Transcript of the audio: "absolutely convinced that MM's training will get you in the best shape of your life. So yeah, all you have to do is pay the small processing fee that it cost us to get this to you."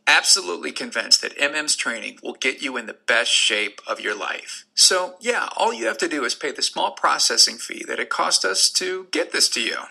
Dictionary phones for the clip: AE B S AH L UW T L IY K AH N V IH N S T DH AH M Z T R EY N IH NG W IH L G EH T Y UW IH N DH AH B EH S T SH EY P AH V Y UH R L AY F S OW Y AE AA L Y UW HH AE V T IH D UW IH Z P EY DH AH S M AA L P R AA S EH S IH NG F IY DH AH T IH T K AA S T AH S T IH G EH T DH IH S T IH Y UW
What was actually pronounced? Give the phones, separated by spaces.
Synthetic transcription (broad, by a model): AE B S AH L UW T L IY K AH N V IH N S T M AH M Z T R EY N IH NG W IH L G EH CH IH IH N DH AH B EH S T SH EY P AH V Y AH R L AY F S OW Y AE AA L Y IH HH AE F T IH D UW IH Z P EY DH AH S M AA L P R AA S EH S IH NG F IY DH AH T IH T K AA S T AH S T IH G EH T DH IH S T IH Y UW